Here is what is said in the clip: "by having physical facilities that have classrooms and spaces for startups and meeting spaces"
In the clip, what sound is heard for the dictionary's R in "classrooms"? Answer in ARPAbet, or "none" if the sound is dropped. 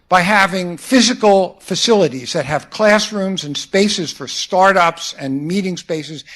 R